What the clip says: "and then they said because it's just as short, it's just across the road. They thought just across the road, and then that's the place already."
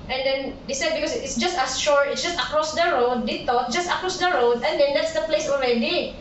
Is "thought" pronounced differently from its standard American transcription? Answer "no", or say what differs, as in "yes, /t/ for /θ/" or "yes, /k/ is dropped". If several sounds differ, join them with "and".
yes, /t/ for /θ/